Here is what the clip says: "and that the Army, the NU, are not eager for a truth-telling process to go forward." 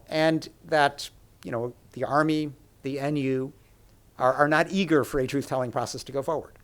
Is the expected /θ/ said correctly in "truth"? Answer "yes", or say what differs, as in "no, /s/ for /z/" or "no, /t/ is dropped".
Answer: yes